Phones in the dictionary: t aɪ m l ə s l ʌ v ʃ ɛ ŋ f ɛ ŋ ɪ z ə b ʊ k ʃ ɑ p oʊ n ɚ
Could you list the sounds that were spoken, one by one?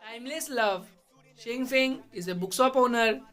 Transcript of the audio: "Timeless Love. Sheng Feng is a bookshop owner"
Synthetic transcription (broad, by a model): aɪ m l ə s l ʌ v ʃ ɛ ŋ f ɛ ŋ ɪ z ə b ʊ k s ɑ p oʊ n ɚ